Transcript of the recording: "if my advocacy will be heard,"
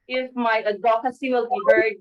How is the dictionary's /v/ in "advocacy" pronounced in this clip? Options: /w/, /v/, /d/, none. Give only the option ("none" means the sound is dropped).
none